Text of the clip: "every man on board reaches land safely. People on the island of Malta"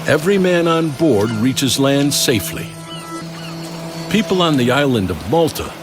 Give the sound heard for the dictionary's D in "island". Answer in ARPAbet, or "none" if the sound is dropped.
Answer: D